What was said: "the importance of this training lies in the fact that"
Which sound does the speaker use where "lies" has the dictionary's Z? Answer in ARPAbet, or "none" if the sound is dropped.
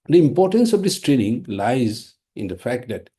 Z